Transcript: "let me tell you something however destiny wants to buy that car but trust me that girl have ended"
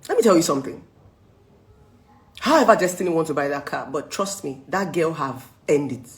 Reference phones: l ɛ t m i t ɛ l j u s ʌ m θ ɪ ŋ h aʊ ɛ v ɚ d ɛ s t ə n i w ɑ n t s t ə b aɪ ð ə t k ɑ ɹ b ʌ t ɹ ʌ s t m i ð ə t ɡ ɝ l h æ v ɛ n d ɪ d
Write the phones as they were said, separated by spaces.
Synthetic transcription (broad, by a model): l ɛ t m i t ɛ l j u s ʌ m θ ɪ ŋ h aʊ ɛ v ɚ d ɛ s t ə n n w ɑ n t t ə b aɪ ð ə t k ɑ b ʌ t ɹ ʌ s t m i ð ə t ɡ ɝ l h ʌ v ɛ n d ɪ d